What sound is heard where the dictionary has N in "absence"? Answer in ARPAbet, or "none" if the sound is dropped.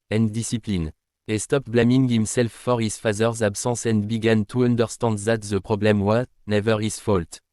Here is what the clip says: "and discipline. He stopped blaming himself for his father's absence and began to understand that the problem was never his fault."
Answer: none